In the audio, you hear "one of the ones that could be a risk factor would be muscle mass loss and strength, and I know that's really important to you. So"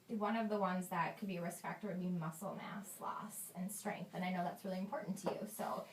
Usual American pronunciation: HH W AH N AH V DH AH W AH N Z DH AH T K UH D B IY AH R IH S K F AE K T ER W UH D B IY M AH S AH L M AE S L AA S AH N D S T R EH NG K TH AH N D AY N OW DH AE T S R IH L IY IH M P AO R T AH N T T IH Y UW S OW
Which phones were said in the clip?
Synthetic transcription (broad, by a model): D W AH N AH V DH AH W AH N Z DH AH T K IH D B IY AH R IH S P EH K T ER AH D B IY M AH S L M AE S L AA S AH N S T R EH NG K TH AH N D AY N OW DH AE T S R IH L IY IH M P AO R T N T T IH Y UW S OW